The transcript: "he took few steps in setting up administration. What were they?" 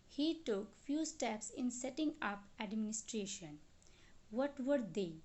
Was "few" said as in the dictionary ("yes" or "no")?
yes